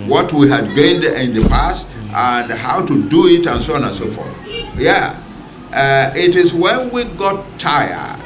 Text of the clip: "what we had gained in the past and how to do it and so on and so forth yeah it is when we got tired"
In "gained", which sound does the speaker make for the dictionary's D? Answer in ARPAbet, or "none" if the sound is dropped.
D